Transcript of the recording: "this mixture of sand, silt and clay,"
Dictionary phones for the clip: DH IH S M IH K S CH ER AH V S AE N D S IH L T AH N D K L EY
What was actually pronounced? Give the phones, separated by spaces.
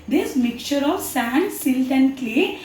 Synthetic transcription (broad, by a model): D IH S M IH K CH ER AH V S AE N D S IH L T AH N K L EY